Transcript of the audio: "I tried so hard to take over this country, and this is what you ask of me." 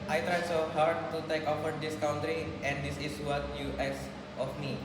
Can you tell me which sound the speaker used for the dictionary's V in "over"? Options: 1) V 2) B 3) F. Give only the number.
3